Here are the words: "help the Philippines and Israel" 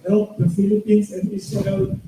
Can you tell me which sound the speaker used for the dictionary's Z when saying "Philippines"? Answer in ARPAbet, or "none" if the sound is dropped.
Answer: S